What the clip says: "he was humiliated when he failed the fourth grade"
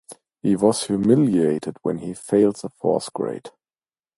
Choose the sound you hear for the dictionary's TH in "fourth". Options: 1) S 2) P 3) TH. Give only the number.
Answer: 1